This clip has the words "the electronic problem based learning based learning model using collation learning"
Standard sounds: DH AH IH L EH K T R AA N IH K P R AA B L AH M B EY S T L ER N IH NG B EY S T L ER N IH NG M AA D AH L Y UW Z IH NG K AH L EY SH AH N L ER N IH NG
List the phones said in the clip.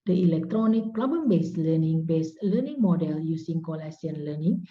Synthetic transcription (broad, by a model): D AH IH L EH K T R AA N IH K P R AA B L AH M B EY S L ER N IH NG B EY S L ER N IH NG M AA D AH L Y UW S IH NG K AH L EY S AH N L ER N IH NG